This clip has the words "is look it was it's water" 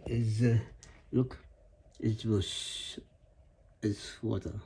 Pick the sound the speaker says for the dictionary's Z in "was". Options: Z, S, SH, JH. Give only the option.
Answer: S